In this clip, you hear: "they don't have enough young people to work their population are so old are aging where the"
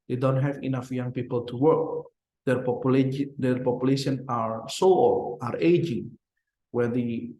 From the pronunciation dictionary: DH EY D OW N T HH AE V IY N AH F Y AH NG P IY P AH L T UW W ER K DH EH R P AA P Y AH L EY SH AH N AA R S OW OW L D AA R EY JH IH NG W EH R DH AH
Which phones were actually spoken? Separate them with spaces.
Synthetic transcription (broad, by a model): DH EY D OW N T HH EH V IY N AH F Y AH NG P IY P AH L T UW W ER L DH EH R P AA P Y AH L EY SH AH N AA R S OW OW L AA R EY JH IH NG W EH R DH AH